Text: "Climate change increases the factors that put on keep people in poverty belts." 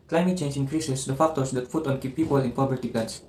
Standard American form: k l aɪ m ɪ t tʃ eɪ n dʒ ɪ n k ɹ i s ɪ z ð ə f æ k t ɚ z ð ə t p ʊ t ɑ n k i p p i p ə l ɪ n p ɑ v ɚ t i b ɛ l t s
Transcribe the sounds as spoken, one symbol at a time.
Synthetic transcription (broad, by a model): k l aɪ m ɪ t tʃ eɪ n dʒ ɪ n k ɹ i s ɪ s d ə f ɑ k t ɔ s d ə t f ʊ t ɑ n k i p p i p ə l ɪ n p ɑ b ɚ t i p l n s